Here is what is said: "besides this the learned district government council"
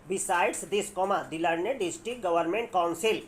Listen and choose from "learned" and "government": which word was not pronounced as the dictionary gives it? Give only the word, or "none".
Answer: learned